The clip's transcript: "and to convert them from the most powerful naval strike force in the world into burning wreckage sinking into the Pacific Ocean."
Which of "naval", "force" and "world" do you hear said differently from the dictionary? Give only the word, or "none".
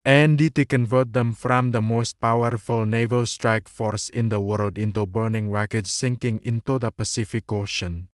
none